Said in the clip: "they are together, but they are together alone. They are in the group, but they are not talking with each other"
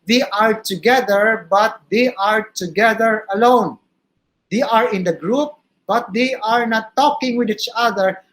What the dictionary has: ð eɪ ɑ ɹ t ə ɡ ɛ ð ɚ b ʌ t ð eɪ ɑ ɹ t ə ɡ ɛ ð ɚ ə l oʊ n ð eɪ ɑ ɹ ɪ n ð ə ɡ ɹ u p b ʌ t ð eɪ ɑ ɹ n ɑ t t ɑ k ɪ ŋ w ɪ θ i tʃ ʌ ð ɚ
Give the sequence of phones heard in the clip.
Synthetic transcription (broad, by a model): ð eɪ ɑ ɹ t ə ɡ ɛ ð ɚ b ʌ t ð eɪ ɑ ɹ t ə ɡ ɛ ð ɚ ə l oʊ n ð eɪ ɑ ɹ ɪ n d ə ɡ ɹ u p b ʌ t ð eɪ ɑ ɹ n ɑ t t ɑ k ɪ ŋ w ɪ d i tʃ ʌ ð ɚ